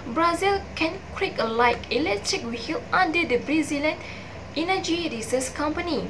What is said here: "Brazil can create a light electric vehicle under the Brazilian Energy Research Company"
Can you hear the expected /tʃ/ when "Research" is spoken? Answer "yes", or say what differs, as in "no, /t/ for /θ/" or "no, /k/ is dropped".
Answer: no, /s/ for /tʃ/